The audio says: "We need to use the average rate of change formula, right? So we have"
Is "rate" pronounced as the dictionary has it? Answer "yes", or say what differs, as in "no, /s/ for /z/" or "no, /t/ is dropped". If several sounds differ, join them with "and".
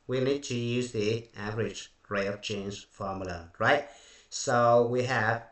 no, /t/ is dropped